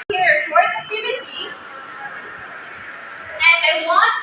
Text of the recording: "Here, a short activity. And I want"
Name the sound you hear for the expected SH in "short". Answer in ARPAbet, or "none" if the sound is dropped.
S